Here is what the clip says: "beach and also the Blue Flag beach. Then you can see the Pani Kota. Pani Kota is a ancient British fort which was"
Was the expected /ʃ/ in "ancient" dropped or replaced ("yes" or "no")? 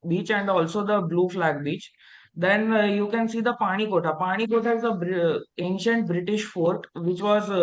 no